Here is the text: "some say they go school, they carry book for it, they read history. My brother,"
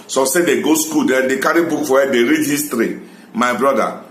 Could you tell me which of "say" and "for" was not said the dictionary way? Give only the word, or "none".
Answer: for